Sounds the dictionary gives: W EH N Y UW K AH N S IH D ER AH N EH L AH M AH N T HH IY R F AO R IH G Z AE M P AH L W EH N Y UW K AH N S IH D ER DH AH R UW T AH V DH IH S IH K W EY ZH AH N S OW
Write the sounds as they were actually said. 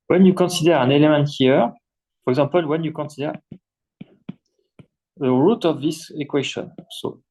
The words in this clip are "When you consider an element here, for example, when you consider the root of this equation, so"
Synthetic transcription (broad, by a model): W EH N Y UW K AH N S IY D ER AH N EH L AH M AH N T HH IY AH F AO R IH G Z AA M P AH L W EH N Y UW K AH N S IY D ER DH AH R UW T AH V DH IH S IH K W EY SH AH N S OW